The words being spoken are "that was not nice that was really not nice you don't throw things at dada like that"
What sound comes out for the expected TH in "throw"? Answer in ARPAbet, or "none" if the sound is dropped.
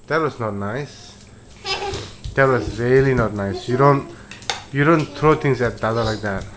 T